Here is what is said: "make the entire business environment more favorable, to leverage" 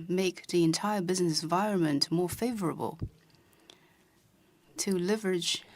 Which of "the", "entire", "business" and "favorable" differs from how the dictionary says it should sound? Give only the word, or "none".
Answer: none